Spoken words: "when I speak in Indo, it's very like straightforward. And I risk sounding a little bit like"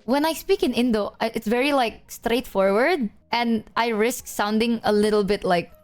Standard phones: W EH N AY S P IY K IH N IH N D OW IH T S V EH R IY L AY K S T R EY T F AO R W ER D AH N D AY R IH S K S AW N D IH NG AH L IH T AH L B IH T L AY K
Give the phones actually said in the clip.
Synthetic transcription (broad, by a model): W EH N AY S P IY K IH N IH N D OW IH T S V EH R IY L AY K S T R EY T F AO R W ER D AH N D AY R IH S K S AW N D IH NG AH L IH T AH L B IH T L AY K